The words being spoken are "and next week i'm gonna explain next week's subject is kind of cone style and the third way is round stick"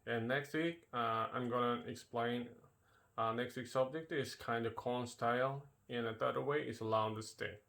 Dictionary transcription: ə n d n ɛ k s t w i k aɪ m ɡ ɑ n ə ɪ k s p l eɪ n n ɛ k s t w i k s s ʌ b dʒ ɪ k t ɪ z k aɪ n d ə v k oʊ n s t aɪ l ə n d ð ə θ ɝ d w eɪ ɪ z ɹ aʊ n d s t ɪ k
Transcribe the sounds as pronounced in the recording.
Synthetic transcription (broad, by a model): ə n n ɛ k s t w i k aɪ m ɡ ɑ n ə ɪ k s p l eɪ n n ɛ k s t w i k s s ʌ b dʒ ɪ k t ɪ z k aɪ n d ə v k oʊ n s t aɪ l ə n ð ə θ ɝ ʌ w eɪ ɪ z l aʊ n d s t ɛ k